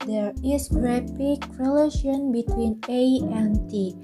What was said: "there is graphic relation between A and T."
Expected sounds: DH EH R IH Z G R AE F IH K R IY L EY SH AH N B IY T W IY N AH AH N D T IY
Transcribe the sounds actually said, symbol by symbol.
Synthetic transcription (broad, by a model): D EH R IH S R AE P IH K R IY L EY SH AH N B IY T W IY N AH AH N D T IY